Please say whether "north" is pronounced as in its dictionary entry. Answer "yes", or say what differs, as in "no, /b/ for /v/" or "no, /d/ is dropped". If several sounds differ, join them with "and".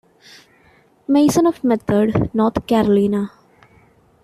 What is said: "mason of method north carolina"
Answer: no, /t/ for /θ/